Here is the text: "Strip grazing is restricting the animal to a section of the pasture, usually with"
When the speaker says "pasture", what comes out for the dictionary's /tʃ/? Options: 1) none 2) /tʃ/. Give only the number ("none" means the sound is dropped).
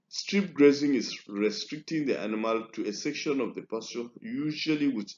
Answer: 1